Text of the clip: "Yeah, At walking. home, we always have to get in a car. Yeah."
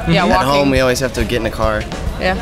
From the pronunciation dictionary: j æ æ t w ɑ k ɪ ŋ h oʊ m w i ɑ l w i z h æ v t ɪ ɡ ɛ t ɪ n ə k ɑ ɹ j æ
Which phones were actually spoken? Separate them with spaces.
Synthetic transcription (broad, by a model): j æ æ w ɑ ɪ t h oʊ m w i ɑ l w i z h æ f t ɪ ɡ ɛ t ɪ n ə k ɑ ɹ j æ